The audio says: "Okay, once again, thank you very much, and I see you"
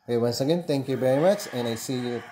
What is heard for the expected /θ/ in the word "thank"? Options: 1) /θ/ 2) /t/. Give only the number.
2